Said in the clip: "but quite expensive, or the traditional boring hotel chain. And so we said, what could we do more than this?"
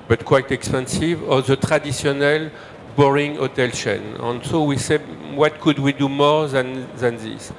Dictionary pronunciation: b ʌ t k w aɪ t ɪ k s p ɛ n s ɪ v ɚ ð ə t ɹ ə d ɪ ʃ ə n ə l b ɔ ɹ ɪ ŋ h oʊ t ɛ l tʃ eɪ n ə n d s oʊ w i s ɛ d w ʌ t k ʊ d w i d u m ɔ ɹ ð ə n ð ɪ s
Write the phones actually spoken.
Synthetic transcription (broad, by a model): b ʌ t k w aɪ t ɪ k s p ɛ n s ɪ v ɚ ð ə t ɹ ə d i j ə n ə l b ɔ ɹ ɪ ŋ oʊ t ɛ l ʃ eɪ n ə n s oʊ w i s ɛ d w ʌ t k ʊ d w i d u m ɔ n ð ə n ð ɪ s